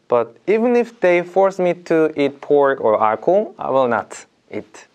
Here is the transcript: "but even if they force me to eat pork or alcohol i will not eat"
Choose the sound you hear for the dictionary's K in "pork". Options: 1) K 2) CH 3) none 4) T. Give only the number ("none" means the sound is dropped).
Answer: 3